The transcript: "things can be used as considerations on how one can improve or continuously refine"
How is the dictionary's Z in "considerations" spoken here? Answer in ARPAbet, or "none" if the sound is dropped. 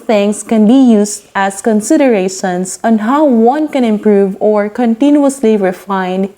S